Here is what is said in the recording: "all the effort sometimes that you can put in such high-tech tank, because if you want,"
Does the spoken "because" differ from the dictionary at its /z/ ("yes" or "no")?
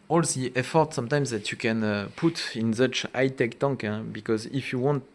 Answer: no